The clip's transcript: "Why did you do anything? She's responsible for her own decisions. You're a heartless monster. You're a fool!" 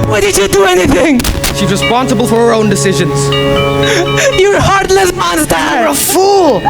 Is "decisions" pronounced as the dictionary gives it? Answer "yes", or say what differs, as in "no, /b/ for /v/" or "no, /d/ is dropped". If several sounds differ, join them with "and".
yes